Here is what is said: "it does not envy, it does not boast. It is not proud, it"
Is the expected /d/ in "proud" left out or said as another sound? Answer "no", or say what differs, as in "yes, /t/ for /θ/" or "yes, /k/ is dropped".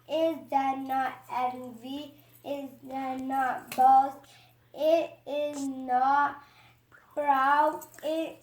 yes, /d/ is dropped